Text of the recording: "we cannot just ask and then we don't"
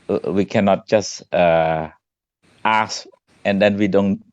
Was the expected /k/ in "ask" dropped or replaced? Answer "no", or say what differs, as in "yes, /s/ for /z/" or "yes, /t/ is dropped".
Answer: yes, /k/ is dropped